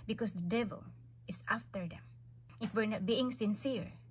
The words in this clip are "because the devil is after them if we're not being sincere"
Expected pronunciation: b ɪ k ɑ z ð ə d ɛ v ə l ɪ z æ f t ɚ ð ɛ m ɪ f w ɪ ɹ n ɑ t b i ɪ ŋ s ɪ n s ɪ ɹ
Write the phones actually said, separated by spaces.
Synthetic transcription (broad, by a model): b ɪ k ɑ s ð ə d ɛ v ə l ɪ s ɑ f t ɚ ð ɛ m ɪ f w ɪ ɹ n ɑ t b i ɪ ŋ s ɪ n s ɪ ɹ